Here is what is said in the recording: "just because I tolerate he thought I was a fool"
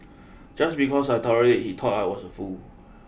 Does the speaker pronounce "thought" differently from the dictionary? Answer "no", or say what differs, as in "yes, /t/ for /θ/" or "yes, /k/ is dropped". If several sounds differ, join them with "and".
yes, /t/ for /θ/